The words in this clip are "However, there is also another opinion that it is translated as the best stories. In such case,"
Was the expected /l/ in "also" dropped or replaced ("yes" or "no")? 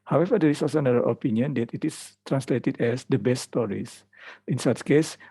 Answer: yes